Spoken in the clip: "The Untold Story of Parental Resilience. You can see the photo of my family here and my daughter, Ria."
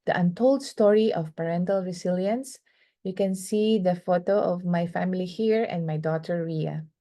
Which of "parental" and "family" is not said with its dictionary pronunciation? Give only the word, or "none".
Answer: none